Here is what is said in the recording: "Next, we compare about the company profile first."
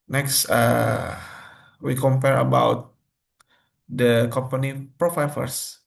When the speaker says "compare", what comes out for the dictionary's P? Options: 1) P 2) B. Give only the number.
1